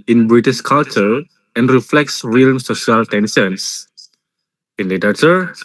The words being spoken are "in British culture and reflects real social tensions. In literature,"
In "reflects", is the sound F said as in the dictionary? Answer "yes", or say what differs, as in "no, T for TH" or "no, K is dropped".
yes